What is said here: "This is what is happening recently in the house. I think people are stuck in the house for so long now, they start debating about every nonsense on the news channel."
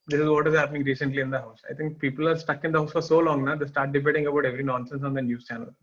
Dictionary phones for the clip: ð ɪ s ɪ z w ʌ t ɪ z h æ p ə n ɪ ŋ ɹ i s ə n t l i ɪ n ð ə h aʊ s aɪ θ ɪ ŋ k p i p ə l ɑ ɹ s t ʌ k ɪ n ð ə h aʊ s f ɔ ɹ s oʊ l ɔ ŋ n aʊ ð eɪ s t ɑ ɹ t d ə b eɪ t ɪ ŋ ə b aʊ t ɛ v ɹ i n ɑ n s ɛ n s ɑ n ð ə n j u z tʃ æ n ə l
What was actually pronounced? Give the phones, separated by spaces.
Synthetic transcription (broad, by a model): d ɪ s ɪ z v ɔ t ɪ z h æ p ə n ɪ ŋ ɹ i s ə n t l i ɪ n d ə h aʊ s aɪ t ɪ ŋ k p i p ə l ɑ ɹ s t ʌ k ɪ n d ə h aʊ s f ɔ ɹ s oʊ l ɔ ŋ n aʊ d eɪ s t ɑ ɹ t d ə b eɪ t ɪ ŋ ə b aʊ t ɛ v ɹ i n ɑ n s ɛ n s ɑ n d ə n j u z tʃ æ n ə l